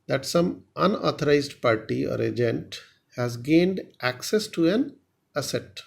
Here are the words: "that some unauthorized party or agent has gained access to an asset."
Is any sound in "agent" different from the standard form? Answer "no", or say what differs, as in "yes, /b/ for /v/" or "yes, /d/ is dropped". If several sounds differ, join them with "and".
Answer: no